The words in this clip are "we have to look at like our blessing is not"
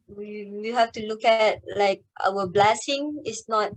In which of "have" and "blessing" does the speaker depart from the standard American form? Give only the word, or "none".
have